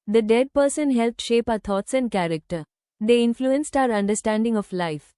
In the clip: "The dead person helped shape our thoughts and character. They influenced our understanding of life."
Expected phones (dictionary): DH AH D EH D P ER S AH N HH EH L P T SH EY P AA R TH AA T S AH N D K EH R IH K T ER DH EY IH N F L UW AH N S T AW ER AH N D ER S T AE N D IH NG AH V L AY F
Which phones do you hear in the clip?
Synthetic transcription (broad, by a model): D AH D EH D P ER S AH N HH EH L P T SH EY P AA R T AA T S AH N D K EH R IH K T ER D EY IH N F L UW AH N S T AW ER AH N D ER S T AE N D IH NG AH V L AY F